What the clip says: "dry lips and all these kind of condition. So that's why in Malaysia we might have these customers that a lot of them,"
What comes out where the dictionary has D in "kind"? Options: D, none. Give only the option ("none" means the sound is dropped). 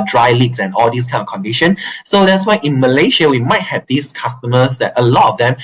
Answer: none